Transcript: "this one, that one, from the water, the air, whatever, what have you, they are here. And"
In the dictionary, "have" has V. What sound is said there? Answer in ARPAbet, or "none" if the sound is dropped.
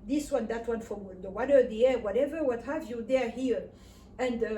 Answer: V